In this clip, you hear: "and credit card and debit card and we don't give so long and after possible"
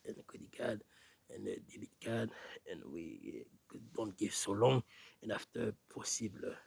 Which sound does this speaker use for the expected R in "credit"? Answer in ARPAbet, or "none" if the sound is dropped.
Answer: none